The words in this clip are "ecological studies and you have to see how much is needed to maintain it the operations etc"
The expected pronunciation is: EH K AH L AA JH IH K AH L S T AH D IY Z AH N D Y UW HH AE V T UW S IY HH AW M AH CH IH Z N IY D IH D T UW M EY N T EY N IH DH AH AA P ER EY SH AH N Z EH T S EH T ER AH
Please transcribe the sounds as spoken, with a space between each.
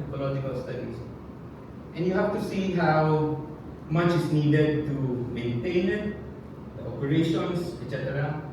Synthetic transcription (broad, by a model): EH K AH L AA JH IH K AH L S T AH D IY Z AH N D Y UW HH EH F T UW S IY HH AW M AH CH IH S N IY D IH D T UW M EY N T EY N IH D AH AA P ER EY SH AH N S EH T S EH T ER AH